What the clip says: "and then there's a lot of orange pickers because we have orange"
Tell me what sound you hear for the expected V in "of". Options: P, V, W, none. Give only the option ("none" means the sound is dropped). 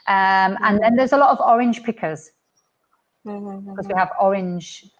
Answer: V